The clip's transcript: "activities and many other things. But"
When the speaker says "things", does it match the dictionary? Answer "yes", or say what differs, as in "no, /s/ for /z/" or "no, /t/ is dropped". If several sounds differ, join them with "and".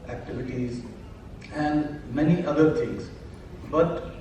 no, /t/ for /θ/